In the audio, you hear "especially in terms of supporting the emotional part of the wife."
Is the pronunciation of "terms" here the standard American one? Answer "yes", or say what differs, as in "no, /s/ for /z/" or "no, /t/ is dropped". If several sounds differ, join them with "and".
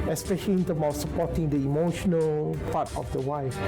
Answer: no, /z/ is dropped